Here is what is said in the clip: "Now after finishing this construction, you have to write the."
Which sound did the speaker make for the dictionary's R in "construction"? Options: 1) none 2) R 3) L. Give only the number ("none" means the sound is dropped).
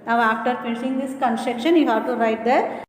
1